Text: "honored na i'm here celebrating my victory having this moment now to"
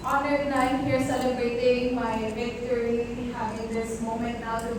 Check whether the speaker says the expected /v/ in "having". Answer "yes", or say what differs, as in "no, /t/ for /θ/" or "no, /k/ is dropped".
no, /v/ is dropped